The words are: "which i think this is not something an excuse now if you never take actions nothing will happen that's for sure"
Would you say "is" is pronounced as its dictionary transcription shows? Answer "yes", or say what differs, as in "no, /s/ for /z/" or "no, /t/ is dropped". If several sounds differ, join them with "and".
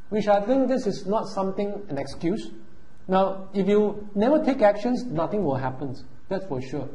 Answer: no, /s/ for /z/